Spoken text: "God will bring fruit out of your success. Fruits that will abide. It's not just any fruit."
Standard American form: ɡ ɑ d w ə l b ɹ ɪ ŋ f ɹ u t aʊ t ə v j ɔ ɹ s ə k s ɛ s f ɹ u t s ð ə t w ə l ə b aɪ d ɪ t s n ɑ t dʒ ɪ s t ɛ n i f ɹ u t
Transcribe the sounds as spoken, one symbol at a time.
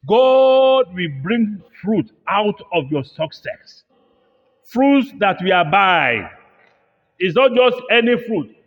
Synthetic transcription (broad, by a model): ɡ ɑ d w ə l b ɹ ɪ ŋ f ɹ u t aʊ t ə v j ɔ s ə k s ɛ s f ɹ u t s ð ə t w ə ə b aɪ ɪ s n ɑ t dʒ ɪ s t ɛ n i f ɹ u t